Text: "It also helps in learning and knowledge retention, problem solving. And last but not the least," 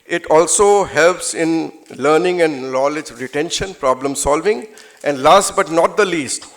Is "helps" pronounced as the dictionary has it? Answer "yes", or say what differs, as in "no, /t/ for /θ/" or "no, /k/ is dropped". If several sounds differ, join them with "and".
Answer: yes